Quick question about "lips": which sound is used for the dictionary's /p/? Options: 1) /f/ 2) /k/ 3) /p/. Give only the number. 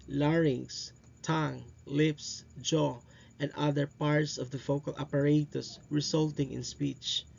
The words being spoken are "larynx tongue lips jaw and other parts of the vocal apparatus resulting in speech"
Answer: 3